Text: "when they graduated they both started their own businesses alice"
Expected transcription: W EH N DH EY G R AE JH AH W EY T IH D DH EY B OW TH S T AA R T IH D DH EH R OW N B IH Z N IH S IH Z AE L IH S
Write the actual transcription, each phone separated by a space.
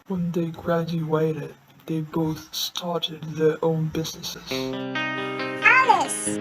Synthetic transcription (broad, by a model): W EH N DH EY G R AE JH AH W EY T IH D DH EY B OW TH S T AA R T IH D DH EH R OW N B IH Z N IH S IH Z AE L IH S